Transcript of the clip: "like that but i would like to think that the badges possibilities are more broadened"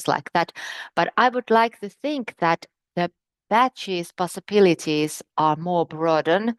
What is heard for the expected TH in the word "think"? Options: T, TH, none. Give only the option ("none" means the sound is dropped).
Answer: TH